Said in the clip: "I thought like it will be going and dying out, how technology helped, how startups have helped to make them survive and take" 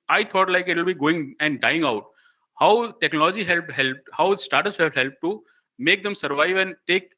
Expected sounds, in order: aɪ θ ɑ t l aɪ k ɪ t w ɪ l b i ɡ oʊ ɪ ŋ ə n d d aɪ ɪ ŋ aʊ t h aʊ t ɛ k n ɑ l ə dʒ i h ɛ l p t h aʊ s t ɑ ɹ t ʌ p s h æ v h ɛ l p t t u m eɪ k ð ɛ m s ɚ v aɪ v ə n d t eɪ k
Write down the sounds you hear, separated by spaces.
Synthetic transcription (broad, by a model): aɪ t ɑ t l aɪ k ɪ t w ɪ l b i ɡ oʊ ɪ ŋ ə n d d aɪ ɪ ŋ aʊ t h aʊ t ɛ k n ɑ l ə dʒ i h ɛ l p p h aʊ s t ɑ ɹ t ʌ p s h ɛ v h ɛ l p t t u m eɪ k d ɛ m s ɚ v aɪ v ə n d t eɪ k